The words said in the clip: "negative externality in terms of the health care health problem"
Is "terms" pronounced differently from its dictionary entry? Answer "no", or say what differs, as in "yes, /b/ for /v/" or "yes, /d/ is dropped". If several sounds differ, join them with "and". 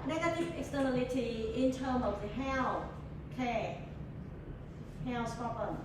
yes, /z/ is dropped